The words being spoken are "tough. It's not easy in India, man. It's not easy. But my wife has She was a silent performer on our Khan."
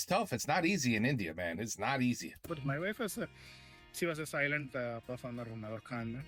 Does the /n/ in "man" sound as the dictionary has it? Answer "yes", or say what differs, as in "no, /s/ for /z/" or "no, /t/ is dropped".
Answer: yes